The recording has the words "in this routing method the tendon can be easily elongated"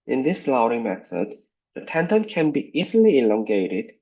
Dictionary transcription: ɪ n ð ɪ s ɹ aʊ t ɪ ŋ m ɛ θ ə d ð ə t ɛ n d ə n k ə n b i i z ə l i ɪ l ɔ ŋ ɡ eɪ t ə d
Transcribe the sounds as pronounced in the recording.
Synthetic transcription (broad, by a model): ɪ n ð ɪ s l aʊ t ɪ m ɛ θ ə d ð ə t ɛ n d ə n k ə n b i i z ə l i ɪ l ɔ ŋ ɡ eɪ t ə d